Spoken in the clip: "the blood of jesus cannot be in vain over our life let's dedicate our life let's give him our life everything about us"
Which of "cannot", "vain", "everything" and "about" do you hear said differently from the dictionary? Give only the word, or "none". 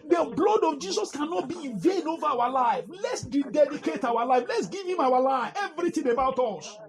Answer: everything